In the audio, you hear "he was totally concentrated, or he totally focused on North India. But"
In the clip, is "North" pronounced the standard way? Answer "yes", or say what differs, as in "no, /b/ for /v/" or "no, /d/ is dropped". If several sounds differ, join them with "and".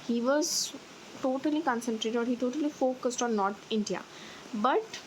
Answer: no, /t/ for /θ/